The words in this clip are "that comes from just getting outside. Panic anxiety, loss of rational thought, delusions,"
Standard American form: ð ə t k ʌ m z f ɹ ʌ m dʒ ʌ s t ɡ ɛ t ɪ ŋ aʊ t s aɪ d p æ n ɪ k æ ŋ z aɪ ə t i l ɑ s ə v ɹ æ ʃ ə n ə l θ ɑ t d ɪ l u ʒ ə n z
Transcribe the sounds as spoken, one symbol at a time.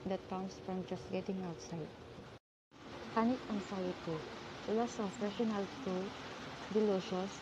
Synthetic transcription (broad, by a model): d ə t k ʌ m s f ɹ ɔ m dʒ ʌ s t ɡ ɛ t ɪ ŋ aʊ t s aɪ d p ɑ n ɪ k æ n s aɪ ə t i l ɑ s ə f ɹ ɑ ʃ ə n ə l t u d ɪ l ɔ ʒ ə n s